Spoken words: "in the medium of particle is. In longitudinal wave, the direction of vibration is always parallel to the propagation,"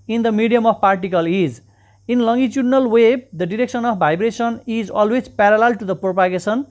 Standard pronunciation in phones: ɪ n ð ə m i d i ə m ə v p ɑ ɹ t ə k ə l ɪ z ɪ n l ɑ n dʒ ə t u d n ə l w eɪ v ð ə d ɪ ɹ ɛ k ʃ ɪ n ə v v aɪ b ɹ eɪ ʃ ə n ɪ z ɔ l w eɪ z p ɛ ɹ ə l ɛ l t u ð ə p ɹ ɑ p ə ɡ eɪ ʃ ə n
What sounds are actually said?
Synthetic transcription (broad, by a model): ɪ n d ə m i d i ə m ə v p ɑ ɹ t ə k ə l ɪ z ɪ n l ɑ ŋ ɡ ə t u d n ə l w eɪ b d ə d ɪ ɹ ɛ k s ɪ n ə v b aɪ b ɹ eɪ s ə n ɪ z ɔ l w eɪ z p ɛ ɹ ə l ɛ l t u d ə p ɹ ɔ p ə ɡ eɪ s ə n